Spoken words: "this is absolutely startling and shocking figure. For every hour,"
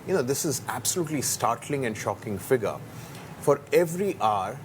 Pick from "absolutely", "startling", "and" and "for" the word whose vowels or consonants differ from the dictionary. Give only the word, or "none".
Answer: none